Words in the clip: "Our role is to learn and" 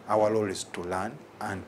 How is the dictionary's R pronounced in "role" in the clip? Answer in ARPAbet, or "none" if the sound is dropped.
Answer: L